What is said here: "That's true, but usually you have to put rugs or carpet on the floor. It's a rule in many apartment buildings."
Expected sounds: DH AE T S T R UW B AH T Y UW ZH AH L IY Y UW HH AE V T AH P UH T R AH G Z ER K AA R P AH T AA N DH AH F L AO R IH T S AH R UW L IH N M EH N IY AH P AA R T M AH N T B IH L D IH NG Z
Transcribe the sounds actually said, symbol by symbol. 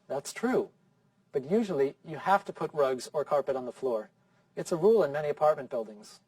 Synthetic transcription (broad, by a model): DH AE T S T R UW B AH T Y UW ZH L IY Y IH HH AE F T AH P UH T R AH G Z ER K AA R P AH T N DH AH F L AO R IH T S AH R UW L IH N M EH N IY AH P AA R T M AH N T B IH L D IH NG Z